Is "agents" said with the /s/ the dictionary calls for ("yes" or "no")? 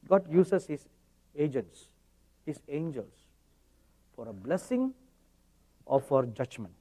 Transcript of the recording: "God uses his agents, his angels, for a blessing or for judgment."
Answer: yes